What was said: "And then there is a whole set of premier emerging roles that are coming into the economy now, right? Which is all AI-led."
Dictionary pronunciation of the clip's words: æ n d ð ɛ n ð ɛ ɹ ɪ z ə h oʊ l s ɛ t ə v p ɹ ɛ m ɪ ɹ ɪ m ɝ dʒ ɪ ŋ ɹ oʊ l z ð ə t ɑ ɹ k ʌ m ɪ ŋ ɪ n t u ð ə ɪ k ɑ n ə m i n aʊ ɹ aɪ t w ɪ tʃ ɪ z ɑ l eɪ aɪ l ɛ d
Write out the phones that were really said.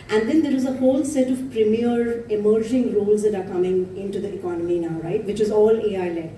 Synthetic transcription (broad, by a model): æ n d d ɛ n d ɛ ɹ ɪ z ə h oʊ l s ɛ t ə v p ɹ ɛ m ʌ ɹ ɪ m ɝ dʒ ɪ ŋ ɹ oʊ l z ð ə t ɑ ɹ k ʌ m ɪ ŋ ɪ n t u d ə ɪ k ɑ n ə m i n aʊ ɹ aɪ t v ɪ tʃ ɪ z ɑ l eɪ aɪ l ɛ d